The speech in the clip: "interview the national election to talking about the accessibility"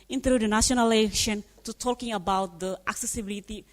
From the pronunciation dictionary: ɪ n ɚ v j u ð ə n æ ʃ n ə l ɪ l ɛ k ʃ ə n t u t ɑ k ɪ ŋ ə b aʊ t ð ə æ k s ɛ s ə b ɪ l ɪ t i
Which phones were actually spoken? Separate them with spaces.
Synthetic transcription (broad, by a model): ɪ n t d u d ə n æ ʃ ə n ɪ l ɛ k ʃ ə n t u t ɑ k ɪ ŋ ə b aʊ t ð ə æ k s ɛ s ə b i l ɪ t i